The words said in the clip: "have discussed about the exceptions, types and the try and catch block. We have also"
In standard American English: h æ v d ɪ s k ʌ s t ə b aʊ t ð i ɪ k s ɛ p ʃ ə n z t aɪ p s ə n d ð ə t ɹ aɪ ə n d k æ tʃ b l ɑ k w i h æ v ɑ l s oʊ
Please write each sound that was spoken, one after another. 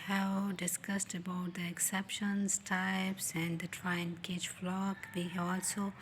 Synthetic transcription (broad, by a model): h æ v d ɪ s k ʌ s t ə b aʊ t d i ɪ k s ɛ p ʃ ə n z t aɪ p s ə n d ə t ɹ aɪ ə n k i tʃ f l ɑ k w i h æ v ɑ l s oʊ